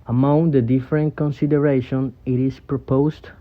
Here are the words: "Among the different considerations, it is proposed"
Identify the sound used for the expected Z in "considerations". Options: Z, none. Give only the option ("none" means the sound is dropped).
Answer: none